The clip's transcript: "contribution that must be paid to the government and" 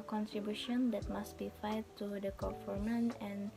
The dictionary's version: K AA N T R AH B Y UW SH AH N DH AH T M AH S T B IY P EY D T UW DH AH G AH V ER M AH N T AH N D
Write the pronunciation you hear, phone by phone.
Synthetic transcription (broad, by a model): K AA N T R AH B Y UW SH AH N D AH T M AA S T B IY F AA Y T UW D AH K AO F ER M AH N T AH N